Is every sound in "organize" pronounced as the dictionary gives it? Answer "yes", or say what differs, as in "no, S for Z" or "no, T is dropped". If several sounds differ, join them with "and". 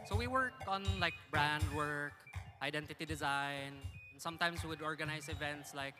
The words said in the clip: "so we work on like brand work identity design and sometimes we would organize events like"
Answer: no, S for Z